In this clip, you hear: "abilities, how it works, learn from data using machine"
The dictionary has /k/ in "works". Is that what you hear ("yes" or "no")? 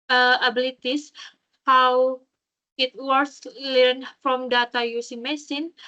no